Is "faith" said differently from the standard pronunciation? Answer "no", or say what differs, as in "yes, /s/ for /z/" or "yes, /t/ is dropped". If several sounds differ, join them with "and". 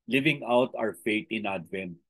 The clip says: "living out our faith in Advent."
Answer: yes, /t/ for /θ/